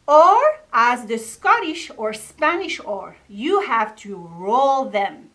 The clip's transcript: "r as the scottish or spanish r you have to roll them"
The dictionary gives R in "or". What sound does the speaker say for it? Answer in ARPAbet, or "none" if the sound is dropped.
R